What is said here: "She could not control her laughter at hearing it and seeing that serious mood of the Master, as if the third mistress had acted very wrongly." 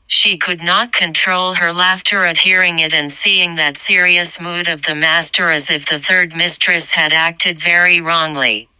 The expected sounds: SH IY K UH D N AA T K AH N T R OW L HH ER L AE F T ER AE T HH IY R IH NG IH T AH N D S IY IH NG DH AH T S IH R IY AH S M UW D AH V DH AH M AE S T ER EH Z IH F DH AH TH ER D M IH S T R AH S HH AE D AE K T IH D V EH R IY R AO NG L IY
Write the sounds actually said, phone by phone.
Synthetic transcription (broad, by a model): SH IY K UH D N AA T K AH N T R OW L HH ER L AE F T ER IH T HH IY R IH NG IH T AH N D S IY IH NG DH AH T S IH R IY AH S M UW D AH V DH AH M AE S T ER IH Z IH F DH AH TH ER D M IH S T R AH S HH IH D AE K T IH D V EH R IY R AO NG L IY